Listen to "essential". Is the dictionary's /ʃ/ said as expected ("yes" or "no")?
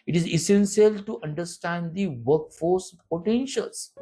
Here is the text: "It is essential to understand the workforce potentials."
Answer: no